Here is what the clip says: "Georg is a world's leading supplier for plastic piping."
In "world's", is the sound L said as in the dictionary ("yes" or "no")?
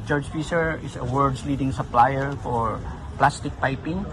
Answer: no